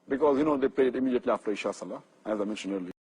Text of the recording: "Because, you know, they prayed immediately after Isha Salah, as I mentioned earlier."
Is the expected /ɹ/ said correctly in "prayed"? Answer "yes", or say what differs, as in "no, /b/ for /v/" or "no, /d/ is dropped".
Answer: no, /l/ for /ɹ/